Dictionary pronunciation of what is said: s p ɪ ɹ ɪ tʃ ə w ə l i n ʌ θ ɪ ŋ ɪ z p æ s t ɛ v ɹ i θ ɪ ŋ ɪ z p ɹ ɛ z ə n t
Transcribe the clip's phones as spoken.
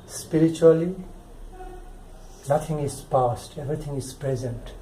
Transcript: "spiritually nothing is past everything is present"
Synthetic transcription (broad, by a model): s p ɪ ɹ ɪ tʃ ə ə l i n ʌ t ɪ ŋ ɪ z p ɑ s t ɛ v ɹ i t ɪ ŋ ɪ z p ɹ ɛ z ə n t